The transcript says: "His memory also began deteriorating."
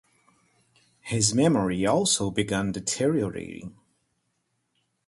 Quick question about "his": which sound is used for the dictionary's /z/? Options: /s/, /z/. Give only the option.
/z/